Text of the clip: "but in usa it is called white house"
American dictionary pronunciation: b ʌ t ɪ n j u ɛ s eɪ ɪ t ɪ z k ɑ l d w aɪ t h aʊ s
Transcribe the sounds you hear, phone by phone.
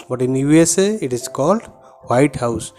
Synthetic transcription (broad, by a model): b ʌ t ɪ n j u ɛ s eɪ ɪ t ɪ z k ɑ l d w aɪ t h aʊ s